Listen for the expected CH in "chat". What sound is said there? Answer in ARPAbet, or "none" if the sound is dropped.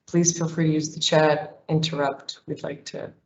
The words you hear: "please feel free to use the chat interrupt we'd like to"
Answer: CH